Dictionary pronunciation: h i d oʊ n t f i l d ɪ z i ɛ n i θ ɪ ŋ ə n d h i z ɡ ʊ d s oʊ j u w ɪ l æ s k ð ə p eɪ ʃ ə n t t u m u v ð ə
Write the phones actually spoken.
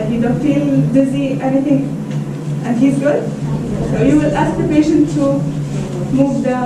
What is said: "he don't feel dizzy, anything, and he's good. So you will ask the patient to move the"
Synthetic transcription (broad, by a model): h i d oʊ n t f i l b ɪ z i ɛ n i t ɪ ŋ ə n d h i z ɡ ʊ d s oʊ j u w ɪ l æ s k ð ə p eɪ ʃ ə n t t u m u v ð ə